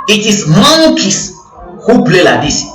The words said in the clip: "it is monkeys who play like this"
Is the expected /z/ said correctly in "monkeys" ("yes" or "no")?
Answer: no